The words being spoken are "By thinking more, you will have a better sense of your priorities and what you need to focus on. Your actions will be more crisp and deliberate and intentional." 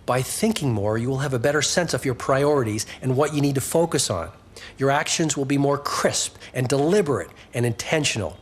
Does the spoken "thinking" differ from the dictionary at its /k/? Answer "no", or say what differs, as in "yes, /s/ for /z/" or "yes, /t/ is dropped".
no